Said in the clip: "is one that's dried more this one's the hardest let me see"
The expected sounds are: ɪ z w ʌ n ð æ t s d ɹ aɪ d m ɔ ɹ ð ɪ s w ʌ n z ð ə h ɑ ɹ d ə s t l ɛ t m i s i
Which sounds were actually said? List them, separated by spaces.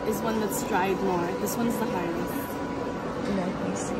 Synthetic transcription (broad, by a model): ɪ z w ʌ n ð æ t s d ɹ aɪ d m ɔ ɹ ð ɪ s w ʌ n z ð ə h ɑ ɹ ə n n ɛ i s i